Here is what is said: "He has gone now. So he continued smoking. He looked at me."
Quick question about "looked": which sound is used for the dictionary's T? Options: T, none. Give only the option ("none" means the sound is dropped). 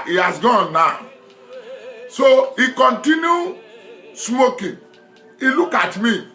none